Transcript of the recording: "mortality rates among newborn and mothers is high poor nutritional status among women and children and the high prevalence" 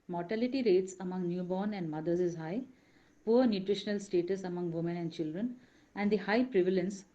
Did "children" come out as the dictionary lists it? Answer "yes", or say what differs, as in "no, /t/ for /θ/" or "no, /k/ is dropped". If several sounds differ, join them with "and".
yes